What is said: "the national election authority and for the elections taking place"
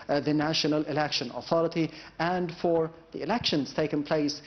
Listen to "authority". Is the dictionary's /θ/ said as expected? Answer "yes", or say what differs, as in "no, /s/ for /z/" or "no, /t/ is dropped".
yes